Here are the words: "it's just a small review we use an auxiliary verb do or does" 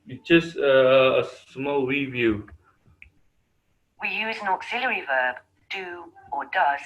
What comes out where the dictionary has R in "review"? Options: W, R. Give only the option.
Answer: W